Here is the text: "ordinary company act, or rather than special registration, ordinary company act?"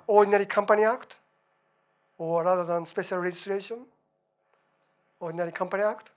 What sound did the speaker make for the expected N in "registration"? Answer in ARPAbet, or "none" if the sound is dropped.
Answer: N